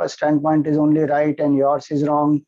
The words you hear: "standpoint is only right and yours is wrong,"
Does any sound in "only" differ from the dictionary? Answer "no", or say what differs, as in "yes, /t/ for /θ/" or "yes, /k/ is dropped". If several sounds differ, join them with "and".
no